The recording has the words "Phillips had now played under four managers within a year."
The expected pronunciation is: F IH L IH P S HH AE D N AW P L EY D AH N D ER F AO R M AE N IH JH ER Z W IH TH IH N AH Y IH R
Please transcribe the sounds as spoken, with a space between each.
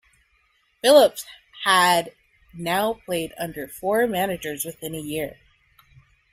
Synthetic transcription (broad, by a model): F IH L IH P S HH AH D N AW P L EY D AH N D ER F AO R M AE N IH JH ER Z W IH TH IH N AH Y IH R